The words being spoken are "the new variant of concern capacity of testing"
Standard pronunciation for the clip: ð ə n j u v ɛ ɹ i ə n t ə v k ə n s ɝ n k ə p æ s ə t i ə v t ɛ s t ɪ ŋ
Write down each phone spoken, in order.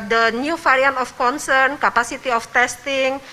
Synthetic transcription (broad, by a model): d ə n j u f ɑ ɹ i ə n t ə f k ə n s ɝ n k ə p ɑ s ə t i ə f t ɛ s t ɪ ŋ